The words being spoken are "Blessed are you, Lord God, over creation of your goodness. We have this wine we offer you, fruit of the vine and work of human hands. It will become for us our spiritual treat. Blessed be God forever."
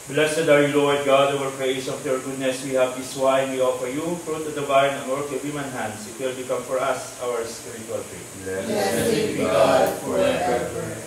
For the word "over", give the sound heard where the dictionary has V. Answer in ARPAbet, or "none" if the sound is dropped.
W